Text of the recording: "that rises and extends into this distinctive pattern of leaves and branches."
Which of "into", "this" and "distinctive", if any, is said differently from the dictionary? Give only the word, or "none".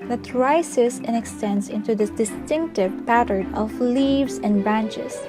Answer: this